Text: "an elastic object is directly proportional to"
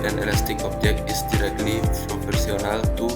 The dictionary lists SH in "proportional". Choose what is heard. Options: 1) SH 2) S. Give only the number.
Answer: 2